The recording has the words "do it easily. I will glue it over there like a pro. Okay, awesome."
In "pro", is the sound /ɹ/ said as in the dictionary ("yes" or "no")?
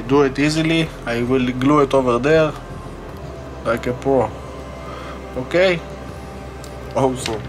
no